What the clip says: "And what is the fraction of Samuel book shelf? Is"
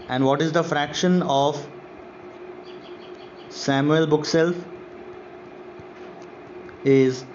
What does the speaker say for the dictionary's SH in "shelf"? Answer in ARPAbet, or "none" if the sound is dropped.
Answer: S